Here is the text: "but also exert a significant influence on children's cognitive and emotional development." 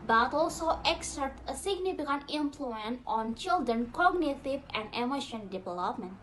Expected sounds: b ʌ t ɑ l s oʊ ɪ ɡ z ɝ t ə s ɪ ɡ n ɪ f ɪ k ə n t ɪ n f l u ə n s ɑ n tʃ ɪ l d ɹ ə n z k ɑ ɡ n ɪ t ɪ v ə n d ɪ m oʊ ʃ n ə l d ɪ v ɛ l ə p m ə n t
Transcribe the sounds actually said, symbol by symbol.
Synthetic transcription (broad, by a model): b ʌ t ɑ l s oʊ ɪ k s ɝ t ə s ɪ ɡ n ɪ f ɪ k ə n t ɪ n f l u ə n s ɑ n tʃ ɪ l d ɹ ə n k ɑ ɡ n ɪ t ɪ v ə n d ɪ m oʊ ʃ ə n d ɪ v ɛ l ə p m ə n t